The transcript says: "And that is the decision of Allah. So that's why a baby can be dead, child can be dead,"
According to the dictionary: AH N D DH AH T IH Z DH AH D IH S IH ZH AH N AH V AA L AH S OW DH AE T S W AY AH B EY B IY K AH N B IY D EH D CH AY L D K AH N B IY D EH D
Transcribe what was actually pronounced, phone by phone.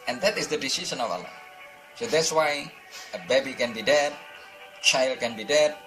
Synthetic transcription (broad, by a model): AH N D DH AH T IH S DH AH D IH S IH S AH N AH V AA L AH S OW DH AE T S W AY AH B EY B IY K AH N B IY D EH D CH AY L D K AH N B IY D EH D